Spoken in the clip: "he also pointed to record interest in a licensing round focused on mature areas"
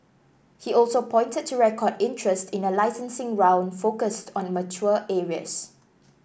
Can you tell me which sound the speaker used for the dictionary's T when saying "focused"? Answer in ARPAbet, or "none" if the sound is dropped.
T